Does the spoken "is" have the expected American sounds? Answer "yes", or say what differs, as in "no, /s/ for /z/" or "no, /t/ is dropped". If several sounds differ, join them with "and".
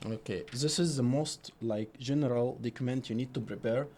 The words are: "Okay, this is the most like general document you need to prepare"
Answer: yes